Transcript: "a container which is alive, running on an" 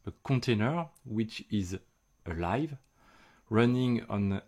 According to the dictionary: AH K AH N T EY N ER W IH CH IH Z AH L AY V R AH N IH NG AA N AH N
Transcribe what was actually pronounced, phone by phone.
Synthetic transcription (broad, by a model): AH K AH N T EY N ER W IH CH IH Z AH L AY V R AH N IH NG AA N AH N